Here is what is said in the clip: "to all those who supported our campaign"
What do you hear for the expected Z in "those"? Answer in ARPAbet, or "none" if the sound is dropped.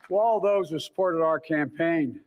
Z